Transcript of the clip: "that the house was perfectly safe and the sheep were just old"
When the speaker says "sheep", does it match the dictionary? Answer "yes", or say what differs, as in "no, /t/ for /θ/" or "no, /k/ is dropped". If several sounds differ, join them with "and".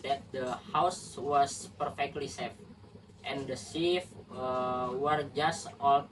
no, /s/ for /ʃ/ and /f/ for /p/